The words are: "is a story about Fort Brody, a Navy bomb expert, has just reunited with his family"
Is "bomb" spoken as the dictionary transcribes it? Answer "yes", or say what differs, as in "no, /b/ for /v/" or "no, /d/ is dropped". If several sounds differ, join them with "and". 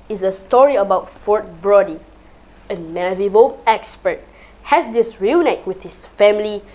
no, /m/ is dropped